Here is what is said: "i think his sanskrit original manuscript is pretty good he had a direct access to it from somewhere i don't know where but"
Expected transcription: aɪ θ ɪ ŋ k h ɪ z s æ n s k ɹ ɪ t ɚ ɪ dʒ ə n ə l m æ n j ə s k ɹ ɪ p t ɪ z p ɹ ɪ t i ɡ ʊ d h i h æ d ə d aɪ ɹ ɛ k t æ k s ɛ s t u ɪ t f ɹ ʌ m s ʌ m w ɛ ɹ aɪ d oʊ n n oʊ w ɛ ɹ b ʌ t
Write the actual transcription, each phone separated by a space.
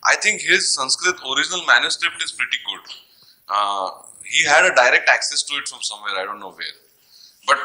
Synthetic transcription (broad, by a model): aɪ t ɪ ŋ k h ɪ z s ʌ n s k ɹ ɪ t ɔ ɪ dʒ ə n ə l m æ n j ə s k ɹ ɪ p t ɪ z p ɹ ɪ t i ɡ ʊ d h i h æ d ə d aɪ ɹ ɛ k t æ k s ɛ s t u ɪ t f ɹ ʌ m s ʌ m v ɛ ɹ aɪ d oʊ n n oʊ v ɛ ɹ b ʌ t